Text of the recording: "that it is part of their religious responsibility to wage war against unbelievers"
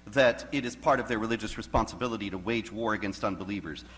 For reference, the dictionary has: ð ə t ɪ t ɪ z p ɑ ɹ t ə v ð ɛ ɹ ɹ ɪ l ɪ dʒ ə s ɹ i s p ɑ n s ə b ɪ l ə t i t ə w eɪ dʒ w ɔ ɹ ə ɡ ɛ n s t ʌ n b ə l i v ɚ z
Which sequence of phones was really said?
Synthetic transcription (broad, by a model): ð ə t ɪ t ɪ z p ɑ ɹ t ə v ð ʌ ɹ ɹ ɪ l ɪ dʒ ə s ɹ i s p ɑ n s ə b ɪ l ə t i t ə w eɪ dʒ w ɔ ɹ ə ɡ ɛ n s t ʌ n b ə l i v ɚ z